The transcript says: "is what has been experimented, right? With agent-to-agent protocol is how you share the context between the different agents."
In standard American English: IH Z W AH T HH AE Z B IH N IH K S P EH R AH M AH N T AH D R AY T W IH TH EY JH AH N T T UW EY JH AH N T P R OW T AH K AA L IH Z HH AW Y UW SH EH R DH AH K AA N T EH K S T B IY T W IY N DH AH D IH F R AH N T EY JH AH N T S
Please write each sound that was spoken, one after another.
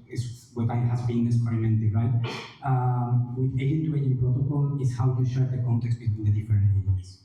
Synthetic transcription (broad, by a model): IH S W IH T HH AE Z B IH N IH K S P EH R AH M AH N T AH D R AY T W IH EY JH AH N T T UW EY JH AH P R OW T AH K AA L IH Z HH AW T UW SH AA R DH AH K AA N T EH K S T B IY T W IY N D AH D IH F AH T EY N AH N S